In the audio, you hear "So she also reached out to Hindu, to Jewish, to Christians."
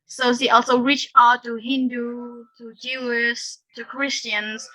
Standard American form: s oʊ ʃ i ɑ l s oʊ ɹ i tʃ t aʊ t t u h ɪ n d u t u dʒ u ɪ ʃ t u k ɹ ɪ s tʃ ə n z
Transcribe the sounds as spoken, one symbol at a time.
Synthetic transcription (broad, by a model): s oʊ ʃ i ɑ l s oʊ ɹ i tʃ aʊ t t u h ɪ n d u t u dʒ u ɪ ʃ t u k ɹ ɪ s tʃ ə n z